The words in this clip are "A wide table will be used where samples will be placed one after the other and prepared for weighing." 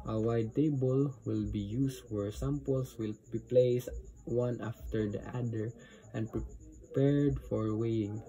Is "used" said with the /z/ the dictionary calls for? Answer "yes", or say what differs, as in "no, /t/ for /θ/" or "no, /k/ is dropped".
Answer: no, /s/ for /z/